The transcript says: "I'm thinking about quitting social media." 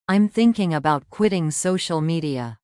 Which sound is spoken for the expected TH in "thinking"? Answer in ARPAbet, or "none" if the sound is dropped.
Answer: TH